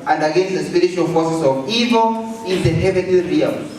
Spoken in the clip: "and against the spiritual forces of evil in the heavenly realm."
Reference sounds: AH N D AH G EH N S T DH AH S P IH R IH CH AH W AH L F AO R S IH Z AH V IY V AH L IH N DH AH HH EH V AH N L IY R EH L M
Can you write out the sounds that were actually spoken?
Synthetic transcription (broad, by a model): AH N D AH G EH N S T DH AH S P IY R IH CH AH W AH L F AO S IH S AH V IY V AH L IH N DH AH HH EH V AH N IY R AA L